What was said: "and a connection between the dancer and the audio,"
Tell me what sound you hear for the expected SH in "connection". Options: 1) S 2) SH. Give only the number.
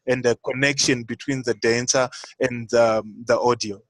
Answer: 2